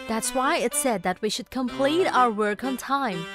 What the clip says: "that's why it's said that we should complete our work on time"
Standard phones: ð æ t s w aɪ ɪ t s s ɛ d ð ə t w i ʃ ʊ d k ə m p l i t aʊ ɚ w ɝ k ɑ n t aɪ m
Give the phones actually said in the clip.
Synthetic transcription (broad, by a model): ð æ t s w aɪ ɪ t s s ɛ d ð ə t w i ʃ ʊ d k ə m p l i t aʊ ɚ w ɝ k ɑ n t aɪ m